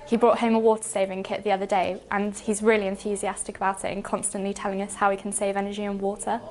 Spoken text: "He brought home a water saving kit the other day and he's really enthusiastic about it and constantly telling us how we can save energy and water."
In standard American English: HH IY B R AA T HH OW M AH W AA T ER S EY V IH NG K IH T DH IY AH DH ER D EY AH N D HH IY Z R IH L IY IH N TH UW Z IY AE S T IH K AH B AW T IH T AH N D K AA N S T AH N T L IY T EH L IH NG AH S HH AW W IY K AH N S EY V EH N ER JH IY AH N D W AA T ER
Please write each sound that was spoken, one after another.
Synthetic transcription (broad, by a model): HH IY B R AA T HH OW M AH W AA T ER S EY V IH NG K IH T DH IY AH DH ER D EY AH N HH IY Z R IH L IY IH N TH UW Z IY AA S T IH K AH B AW T IH T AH N K AA N S T AH N T L IY T EH L IH NG AH S HH AW IY K AH N S EY V EH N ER JH IY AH N W AA T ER